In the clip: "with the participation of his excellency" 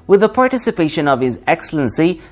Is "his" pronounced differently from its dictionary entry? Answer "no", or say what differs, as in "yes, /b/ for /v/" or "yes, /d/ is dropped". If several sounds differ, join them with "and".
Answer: no